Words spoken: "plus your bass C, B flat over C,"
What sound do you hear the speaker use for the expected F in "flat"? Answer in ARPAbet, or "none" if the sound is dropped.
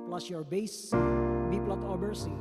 P